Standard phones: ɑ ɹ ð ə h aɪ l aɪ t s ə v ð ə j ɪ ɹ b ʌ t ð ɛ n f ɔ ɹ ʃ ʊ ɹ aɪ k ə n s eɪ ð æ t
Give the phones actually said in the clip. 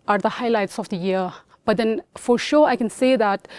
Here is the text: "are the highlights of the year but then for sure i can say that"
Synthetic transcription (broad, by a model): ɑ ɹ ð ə h aɪ l aɪ t s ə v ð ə j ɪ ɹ b ʌ t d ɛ n f ɔ ɹ ʃ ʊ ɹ aɪ k ə n s eɪ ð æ t